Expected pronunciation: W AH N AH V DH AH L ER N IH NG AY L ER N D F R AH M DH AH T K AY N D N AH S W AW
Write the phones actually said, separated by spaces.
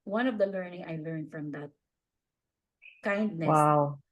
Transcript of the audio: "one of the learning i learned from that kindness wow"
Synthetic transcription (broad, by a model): W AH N AH V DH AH L ER N IH NG AY L ER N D F R AH M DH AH T K AY N D N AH W AW